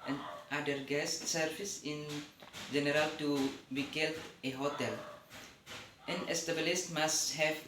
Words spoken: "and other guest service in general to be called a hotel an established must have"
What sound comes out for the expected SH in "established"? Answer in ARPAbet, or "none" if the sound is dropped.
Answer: S